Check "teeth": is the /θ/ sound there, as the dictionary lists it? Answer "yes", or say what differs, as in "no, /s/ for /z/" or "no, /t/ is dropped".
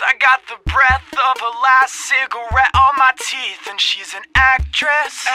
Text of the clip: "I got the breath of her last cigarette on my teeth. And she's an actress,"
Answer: yes